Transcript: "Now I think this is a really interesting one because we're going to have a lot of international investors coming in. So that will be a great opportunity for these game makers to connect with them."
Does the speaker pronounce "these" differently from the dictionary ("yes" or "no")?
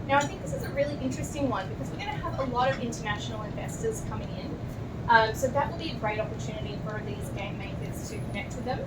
no